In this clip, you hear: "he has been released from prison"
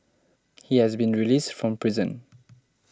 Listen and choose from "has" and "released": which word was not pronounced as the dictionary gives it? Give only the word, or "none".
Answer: none